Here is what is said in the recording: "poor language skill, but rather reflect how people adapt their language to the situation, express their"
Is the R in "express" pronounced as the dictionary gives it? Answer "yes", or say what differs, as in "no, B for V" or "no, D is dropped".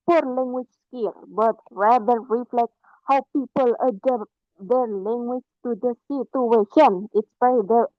no, R is dropped